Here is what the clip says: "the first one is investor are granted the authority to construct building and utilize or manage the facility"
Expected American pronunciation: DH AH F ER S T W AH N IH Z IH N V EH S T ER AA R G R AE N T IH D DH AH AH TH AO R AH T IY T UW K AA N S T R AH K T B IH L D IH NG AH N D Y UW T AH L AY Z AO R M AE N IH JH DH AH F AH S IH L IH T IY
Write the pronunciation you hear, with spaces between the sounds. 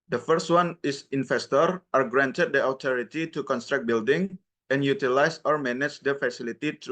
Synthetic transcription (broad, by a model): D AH F ER S T W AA N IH S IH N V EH S T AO AA R G R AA N T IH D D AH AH T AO R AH T IY T UW K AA N S T R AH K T B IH L D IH NG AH N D Y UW T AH L AY S AO R M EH N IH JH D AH F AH S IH L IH T IY